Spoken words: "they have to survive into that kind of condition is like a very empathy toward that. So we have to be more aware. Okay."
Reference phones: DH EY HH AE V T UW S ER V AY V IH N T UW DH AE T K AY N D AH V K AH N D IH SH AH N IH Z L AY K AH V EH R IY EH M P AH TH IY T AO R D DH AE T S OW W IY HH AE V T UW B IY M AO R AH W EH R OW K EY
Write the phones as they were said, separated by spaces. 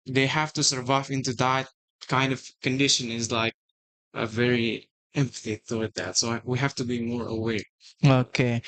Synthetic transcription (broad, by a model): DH EY HH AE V T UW S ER V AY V IH N T UW DH AE T K AY N D AH V K AH N D IH SH AH N IH Z L AY K AH V EH R IY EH M P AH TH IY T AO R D DH AE T S OW W IY HH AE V T UW B IY M AO R AH W EH R OW K EY